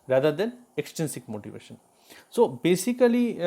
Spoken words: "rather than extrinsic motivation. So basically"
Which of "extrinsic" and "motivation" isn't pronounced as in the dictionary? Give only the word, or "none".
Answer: extrinsic